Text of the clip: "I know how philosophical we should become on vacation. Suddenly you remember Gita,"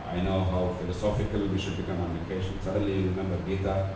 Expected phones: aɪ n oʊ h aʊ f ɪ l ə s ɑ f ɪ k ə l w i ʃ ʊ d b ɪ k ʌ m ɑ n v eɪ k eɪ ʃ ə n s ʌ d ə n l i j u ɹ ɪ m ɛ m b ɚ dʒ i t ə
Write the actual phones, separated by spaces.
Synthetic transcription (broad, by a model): aɪ n oʊ h aʊ f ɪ l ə s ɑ f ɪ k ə l w i ʃ ʊ d b ɪ k ʌ m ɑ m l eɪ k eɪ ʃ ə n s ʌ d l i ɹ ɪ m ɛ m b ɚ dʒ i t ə